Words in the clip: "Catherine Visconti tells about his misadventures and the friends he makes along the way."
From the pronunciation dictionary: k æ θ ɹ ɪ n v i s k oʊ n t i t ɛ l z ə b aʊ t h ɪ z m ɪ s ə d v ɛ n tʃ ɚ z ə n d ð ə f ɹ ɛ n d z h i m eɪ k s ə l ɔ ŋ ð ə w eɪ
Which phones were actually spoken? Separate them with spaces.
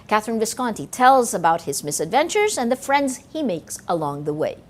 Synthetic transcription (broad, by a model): k æ θ ɹ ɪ n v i s k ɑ n t i t ɛ l z ə b aʊ t h ɪ z m ɪ s ə d v ɛ n tʃ ɚ z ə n ð ə f ɹ ɛ n d z h i m eɪ k s ə l ɔ ŋ ð ə w eɪ